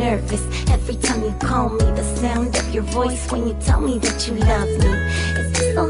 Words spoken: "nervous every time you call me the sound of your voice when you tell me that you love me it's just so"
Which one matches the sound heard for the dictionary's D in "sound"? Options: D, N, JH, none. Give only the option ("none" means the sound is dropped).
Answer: D